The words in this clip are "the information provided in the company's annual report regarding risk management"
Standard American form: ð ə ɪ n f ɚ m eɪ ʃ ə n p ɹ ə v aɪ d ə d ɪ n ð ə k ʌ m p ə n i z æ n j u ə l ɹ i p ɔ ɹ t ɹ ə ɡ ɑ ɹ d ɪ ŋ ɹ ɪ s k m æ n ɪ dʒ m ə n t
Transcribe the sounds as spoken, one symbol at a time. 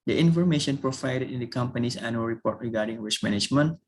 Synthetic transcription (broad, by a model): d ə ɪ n f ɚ m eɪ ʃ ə n p ɹ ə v aɪ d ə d ɪ n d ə k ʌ m p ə n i s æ n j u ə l ɹ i p ɔ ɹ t ɹ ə ɡ ɑ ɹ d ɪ ŋ w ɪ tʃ m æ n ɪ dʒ m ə n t